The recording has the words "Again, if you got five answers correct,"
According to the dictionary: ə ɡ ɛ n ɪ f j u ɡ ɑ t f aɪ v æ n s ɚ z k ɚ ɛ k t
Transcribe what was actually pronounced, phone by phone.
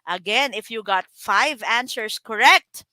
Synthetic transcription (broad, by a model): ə ɡ ɛ n ɪ f j u ɡ ɑ t f aɪ v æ n s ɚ s k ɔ ɛ k t